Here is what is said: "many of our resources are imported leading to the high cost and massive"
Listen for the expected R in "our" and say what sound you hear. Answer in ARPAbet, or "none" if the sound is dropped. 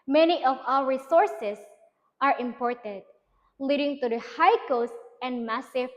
L